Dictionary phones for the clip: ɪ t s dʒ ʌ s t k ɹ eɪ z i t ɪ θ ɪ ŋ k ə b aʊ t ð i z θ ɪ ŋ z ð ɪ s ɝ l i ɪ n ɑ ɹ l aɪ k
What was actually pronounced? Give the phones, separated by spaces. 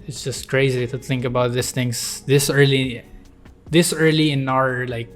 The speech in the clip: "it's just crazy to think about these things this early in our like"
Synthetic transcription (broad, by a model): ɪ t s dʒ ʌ s t k ɹ eɪ z i t ɪ θ ɪ ŋ k ə b aʊ t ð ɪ s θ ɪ ŋ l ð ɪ s ɝ l i ɪ n ɑ ɹ l aɪ k